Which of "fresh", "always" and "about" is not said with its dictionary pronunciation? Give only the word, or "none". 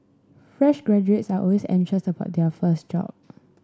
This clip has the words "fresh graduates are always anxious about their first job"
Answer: always